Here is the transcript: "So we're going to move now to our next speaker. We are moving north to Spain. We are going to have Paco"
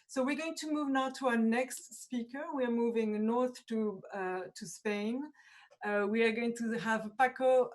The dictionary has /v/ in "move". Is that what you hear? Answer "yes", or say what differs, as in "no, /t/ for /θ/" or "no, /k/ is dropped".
yes